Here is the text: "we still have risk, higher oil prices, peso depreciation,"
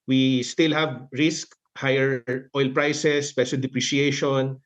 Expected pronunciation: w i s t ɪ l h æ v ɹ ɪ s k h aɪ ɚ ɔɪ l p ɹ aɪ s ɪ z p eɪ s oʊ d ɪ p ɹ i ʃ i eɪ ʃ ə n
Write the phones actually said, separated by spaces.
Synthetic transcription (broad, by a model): w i s t ɪ l h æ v ɹ ɪ s k h aɪ ɚ ɔɪ l p ɹ aɪ s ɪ s p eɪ ʃ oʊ d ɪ p ɹ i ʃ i eɪ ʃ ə n